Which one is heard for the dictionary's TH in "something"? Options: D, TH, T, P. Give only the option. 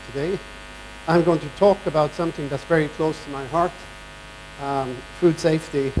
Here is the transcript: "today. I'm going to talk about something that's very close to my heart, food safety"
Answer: TH